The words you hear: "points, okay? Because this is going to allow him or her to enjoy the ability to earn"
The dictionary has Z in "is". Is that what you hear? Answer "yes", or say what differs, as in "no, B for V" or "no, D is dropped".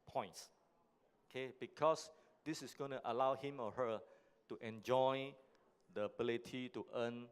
no, S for Z